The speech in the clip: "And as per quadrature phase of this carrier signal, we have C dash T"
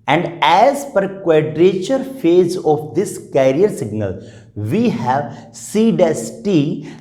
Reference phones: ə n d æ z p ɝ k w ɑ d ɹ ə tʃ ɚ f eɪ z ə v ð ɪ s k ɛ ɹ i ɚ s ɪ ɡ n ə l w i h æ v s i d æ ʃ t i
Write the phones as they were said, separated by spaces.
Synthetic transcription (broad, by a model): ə n d æ z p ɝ k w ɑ d ɹ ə tʃ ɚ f eɪ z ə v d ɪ s k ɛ ɹ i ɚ s ɪ ɡ n ə l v i h æ v s i d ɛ s t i